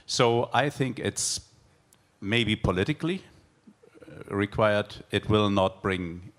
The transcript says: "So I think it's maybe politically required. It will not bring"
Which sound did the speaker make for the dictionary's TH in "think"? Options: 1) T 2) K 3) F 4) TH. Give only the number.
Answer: 4